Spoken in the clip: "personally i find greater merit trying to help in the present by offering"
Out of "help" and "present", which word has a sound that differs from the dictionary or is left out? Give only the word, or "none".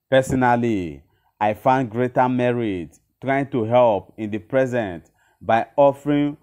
none